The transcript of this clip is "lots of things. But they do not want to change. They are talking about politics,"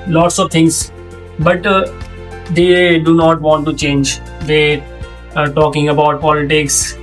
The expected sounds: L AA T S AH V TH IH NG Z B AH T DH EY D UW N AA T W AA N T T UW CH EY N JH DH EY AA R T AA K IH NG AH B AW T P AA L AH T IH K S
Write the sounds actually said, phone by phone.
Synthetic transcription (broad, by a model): L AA T S AH V T IH NG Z B AH T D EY D UW N AA T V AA N T T UW CH EY N JH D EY AA R T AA K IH NG AH B AW T P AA L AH T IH K S